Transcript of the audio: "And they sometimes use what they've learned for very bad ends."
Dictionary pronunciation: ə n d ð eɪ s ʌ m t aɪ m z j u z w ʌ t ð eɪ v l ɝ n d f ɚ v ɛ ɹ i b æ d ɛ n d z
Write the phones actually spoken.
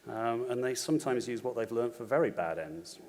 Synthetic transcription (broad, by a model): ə n ð eɪ s ʌ m t aɪ m z j u z w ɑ t ð eɪ v l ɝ n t f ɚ v ɛ ɹ i b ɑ d ɛ n d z